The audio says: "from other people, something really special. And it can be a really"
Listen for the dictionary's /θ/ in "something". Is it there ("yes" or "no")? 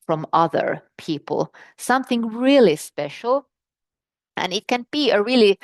yes